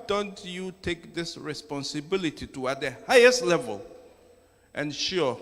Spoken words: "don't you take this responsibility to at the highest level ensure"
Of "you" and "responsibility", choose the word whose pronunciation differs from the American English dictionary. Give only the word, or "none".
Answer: none